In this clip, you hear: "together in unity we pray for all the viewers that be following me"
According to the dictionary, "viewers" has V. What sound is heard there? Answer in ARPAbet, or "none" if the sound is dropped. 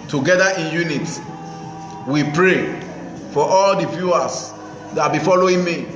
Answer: F